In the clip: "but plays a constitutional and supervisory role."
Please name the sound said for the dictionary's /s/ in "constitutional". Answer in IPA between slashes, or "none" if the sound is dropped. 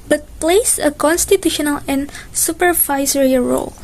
/s/